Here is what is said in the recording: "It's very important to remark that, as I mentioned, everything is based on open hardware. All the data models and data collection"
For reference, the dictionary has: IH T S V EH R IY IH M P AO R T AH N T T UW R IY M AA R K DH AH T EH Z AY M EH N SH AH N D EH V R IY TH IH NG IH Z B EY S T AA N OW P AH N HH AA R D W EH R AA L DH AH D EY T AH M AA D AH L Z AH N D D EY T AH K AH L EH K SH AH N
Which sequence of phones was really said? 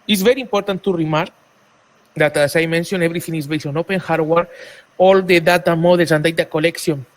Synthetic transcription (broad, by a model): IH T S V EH R IY M P AO R T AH N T T UW R IY M AA R K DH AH T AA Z AY M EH N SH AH N EH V R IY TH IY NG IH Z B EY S AA N OW P AH N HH AA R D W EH R AA L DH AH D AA T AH M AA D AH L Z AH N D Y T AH K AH L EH K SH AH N